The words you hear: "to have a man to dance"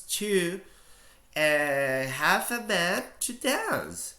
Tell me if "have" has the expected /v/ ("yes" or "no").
no